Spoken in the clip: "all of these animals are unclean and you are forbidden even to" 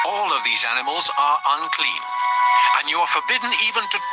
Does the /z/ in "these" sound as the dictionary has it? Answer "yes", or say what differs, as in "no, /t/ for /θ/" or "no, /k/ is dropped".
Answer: yes